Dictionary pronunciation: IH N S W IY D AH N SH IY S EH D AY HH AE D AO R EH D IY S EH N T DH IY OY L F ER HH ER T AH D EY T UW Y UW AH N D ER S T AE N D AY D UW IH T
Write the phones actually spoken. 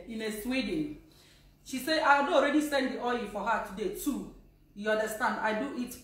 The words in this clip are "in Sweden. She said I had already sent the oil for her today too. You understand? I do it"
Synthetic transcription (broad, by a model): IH N S W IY D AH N SH IY S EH AY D AO R EH D IY S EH N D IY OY F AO HH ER T AH D EY T UW Y UW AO N D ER S T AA N D AY D UW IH T